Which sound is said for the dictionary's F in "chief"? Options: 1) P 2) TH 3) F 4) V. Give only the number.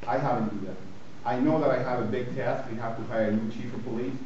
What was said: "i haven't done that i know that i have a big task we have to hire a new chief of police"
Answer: 3